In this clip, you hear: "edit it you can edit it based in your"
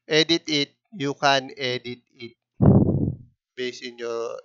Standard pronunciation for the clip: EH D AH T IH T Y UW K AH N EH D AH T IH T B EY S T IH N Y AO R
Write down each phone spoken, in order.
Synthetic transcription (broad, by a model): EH D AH T IH T Y UW K AH N EH D AH T IH T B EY S IH N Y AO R